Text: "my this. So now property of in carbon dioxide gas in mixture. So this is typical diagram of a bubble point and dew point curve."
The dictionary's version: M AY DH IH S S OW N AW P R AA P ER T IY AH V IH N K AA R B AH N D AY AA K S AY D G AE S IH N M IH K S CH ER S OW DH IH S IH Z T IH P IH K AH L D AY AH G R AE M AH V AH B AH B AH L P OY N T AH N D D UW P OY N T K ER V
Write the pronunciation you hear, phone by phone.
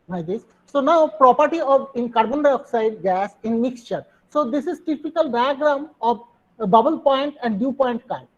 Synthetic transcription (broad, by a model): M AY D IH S S OW N AW P R AA P ER T IY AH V IH N K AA R B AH N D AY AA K S AY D G AE S IH N M IH K S CH ER S OW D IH S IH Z T IH P IH K AH L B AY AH G R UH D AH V B AH B AH L P OY N T AH N D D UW P OY N T K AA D